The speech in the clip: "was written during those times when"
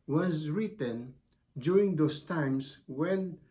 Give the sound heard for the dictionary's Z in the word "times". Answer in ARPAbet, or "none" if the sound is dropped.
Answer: S